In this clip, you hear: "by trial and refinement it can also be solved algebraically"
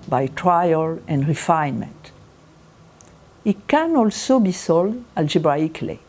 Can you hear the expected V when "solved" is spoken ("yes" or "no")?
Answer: no